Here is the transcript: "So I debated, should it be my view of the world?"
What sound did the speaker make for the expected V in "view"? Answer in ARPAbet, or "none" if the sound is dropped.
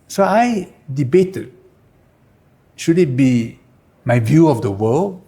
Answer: V